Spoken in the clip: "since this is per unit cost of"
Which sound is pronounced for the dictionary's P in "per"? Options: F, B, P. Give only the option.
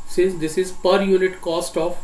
P